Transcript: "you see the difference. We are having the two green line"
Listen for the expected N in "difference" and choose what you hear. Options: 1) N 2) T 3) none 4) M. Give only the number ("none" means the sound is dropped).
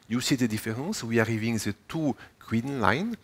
3